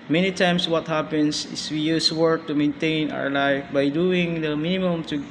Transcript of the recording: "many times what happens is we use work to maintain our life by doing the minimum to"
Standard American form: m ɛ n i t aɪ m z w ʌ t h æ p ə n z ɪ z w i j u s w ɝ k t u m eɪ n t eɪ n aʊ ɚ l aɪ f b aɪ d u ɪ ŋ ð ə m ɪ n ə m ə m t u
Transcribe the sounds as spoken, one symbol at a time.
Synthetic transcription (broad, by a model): m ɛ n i t aɪ m s w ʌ t h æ p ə n s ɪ s w i j u s w ɝ k t u m eɪ n t eɪ n aʊ ɚ l aɪ f b aɪ d u ɪ ŋ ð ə m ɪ n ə m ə m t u